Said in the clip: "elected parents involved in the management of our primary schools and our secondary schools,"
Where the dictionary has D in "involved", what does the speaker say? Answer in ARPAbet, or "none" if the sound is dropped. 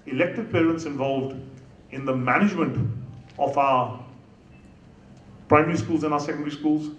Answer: D